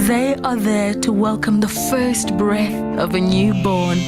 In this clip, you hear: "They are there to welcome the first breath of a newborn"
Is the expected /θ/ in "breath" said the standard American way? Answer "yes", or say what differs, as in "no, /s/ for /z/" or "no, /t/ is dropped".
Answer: yes